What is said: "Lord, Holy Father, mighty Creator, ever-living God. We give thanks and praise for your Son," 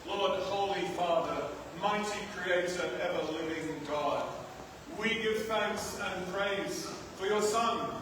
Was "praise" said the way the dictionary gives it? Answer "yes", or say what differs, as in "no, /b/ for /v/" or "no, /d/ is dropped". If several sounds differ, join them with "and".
yes